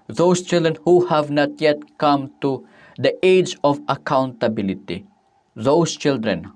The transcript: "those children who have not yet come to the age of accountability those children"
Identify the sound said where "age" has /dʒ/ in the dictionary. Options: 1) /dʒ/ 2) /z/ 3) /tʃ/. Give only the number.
1